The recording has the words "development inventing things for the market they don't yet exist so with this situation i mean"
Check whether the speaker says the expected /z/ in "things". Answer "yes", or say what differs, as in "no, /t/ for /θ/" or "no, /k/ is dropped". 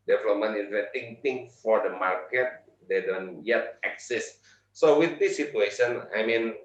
no, /z/ is dropped